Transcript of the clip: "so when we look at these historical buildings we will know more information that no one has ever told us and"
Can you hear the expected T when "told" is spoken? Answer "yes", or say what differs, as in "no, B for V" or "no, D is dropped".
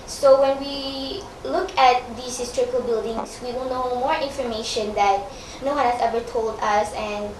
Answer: yes